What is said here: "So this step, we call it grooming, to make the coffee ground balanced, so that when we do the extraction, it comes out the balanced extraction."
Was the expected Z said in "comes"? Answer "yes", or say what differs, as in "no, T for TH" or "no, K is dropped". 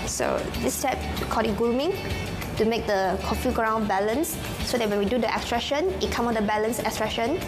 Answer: no, Z is dropped